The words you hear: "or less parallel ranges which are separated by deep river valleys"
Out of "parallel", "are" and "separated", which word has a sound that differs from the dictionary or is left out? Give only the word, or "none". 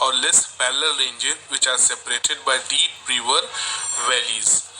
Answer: parallel